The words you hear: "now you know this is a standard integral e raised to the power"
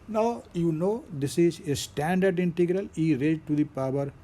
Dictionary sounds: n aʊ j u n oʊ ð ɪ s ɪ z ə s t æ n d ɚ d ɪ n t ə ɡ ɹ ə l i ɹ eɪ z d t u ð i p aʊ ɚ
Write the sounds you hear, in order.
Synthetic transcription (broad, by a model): n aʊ j u n oʊ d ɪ s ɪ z ə s t æ n d ɚ d ɪ n t ə ɡ ɹ ə l i ɹ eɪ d t u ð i p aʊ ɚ